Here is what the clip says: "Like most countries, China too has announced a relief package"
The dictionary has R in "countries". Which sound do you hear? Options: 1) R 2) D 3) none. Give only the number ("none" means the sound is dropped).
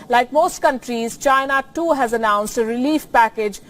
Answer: 1